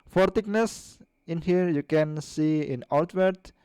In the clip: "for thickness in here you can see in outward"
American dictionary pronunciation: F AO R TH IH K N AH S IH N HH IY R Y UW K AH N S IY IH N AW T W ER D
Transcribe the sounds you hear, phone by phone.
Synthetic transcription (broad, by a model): F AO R T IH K N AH S IH N HH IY R Y UW K AH N S IY IH N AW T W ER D